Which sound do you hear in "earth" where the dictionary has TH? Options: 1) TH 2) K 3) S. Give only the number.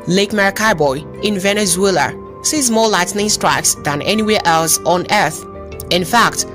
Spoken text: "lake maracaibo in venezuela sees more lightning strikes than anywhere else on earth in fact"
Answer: 1